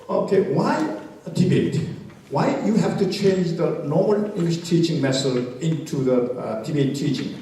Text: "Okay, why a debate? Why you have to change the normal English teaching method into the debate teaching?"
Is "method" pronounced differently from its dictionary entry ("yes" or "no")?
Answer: yes